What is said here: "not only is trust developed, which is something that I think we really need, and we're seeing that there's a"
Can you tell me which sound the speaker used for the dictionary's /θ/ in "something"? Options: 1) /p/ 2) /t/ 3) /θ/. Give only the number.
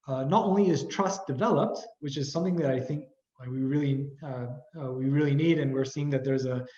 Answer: 3